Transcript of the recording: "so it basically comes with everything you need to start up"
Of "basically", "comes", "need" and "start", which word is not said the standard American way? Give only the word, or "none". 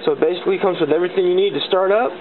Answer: none